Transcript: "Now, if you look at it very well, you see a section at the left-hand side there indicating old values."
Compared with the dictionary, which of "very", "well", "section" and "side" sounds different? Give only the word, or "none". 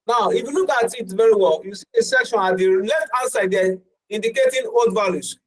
none